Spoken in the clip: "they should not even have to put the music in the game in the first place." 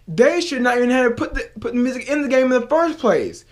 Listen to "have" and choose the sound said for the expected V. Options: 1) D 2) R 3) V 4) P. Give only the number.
4